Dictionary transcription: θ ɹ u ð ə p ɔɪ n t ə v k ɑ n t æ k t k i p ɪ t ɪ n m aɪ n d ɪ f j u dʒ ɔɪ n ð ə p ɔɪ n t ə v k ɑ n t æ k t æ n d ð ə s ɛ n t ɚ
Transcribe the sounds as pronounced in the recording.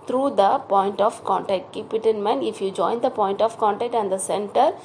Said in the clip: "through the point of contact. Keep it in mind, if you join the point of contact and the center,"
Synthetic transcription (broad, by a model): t ɹ u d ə p ɔɪ n t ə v k ɑ n t æ k t k i p ɪ t ɪ n m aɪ n ɪ f j u dʒ ɔɪ n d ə p ɔɪ n t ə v k ɑ n t æ k t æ n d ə s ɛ n t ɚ